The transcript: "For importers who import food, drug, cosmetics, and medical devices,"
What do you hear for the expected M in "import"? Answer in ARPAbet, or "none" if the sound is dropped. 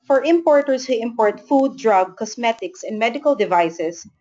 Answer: M